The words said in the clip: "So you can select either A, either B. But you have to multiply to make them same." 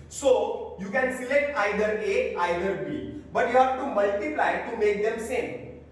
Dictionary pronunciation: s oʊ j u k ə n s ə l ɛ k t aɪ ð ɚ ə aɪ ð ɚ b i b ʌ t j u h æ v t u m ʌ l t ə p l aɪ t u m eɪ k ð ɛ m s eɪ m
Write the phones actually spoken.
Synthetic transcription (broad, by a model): s oʊ j u k ə n s ə l ɛ k t aɪ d ɚ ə aɪ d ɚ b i b ʌ t j u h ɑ p t u m ʌ l t ə p l aɪ t u m eɪ k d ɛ m s eɪ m